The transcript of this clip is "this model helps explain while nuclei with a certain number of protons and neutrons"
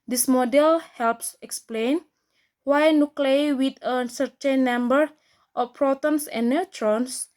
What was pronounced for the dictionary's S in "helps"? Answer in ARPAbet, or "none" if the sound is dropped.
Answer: S